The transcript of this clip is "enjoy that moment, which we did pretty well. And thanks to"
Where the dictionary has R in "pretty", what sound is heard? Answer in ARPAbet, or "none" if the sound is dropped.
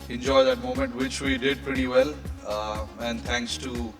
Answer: R